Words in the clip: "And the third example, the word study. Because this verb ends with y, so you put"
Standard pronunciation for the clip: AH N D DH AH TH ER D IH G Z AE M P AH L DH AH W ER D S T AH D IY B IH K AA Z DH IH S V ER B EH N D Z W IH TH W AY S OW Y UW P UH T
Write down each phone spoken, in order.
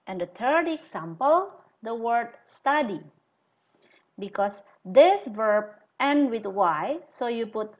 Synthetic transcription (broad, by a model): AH N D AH T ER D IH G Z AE M P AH L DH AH W ER D S T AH D IY B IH K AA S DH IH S V ER B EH N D W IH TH W AY S OW Y UW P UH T